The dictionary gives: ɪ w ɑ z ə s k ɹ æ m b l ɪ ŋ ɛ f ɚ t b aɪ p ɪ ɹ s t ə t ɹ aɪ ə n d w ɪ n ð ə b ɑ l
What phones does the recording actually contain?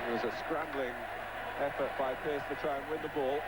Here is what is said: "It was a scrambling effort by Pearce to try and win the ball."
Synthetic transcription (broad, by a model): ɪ w ɑ z ə s k ɹ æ m b l ɪ ŋ ɛ f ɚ t b aɪ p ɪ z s t ə t ɹ aɪ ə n w ɪ n ð ə b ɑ l